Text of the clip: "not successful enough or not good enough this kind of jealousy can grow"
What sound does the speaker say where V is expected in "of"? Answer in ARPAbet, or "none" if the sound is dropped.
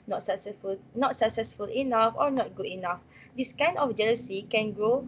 F